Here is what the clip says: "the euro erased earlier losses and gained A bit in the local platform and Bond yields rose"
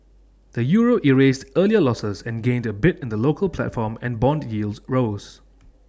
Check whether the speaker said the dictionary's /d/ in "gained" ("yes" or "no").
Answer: yes